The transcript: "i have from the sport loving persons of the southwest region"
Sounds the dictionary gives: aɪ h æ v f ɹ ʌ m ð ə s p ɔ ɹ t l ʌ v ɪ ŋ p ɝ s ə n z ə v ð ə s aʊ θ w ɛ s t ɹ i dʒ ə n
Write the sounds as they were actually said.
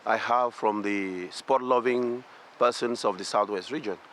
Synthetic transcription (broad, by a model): aɪ h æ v f ɹ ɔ m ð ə s p ɔ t l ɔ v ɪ ŋ p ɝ s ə n s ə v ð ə s aʊ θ w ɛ s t ɹ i dʒ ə n